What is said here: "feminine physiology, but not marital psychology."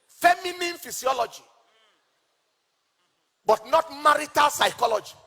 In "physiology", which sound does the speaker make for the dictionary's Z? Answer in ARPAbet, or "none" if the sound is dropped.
S